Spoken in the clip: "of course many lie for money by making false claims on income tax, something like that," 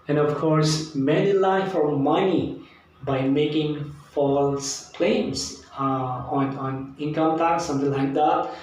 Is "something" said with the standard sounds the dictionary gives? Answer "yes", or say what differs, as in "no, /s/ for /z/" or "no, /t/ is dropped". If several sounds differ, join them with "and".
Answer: no, /t/ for /θ/